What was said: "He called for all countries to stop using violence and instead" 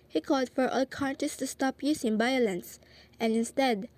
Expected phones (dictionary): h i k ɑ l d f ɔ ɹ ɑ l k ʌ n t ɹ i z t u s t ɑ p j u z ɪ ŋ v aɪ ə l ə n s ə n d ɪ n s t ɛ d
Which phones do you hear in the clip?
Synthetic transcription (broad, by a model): h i k ɑ l d f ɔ ɹ ɑ l k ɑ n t i s t u s t ɑ p j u s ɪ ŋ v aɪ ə l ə n s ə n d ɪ n s t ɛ d